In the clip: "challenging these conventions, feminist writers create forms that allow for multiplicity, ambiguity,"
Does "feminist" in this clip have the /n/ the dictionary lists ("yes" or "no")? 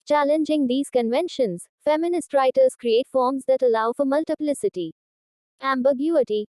yes